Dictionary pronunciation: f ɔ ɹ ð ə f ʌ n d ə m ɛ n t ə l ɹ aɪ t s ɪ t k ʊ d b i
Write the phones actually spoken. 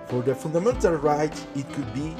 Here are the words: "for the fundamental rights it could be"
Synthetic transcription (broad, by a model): f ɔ ɹ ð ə f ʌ n d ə m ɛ n t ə l ɹ aɪ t ɪ t k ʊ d b i